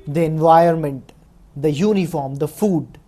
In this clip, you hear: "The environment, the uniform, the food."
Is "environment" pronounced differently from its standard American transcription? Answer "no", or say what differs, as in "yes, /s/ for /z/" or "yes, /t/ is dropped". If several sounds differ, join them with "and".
yes, /ɹ/ is dropped